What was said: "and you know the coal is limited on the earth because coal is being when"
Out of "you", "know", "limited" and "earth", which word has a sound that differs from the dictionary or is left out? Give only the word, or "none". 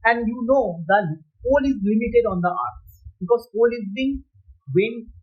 earth